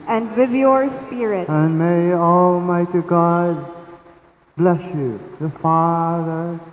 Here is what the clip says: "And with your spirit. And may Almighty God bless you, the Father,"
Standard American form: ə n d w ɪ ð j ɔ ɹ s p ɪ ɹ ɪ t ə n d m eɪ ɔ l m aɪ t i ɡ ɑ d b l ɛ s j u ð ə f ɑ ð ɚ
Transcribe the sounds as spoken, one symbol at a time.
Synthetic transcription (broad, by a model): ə n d w ɪ ð j ɔ ɹ s p ɪ ɹ ɪ t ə n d m eɪ ɔ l m aɪ t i ɡ ɑ d b l ɛ s j u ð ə f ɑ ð ɚ